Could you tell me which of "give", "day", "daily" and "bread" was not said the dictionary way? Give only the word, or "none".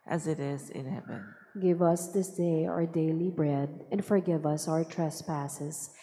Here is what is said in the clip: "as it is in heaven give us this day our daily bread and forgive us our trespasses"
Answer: none